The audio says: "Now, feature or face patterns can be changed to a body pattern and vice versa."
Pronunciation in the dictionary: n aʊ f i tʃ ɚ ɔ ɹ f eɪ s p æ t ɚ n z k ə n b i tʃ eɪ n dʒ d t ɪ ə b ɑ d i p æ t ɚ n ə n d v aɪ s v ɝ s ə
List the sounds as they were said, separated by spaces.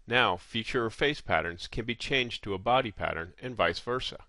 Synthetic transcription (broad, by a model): n aʊ f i tʃ ɚ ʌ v f eɪ s p æ t ɚ n z k ə n b i tʃ eɪ n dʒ t ɪ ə b ɑ d i p æ t ɚ n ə n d v aɪ s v ɝ s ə